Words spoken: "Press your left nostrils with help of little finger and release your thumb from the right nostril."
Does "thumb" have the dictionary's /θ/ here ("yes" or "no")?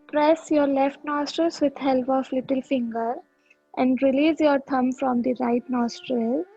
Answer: no